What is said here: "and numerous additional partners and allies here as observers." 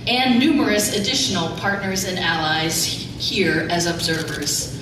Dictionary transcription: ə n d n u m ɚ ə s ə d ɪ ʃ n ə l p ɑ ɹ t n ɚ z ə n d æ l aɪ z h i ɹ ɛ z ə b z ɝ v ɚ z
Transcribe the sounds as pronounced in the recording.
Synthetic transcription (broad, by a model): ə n n u m ɚ ə s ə d ɪ ʃ n l p ɑ ɹ t n ɚ z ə n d æ l aɪ z h i ɹ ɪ z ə b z ɝ v ɚ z